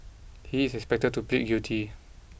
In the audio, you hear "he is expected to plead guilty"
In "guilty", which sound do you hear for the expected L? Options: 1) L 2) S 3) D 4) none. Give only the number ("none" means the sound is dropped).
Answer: 4